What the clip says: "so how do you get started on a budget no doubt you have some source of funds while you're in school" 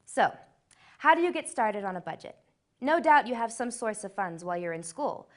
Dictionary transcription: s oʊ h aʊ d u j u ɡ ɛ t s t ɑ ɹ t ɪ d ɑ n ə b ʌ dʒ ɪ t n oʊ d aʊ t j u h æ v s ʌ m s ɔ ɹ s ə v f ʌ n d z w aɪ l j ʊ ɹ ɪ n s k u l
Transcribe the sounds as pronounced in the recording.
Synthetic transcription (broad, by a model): s oʊ h aʊ d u j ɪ ɡ ɛ t s t ɑ ɹ t ɪ d n ə b ʌ dʒ ɪ t n oʊ d aʊ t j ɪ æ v s ʌ m s ɔ ɹ s ə v f ʌ n d z w aɪ l j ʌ ɹ ɪ n s k u l